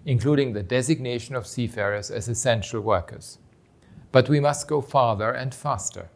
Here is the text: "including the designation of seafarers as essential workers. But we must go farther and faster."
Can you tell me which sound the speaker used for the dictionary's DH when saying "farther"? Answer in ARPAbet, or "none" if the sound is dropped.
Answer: DH